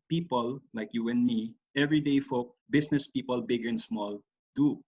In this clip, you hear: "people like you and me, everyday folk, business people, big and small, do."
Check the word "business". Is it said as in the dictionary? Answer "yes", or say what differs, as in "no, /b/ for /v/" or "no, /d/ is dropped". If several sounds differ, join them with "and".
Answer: no, /s/ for /z/